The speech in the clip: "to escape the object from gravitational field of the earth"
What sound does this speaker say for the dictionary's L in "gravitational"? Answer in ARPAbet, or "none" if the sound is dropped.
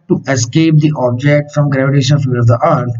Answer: N